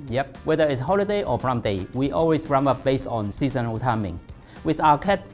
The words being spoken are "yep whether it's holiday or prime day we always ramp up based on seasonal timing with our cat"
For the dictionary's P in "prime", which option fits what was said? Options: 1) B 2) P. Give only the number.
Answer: 1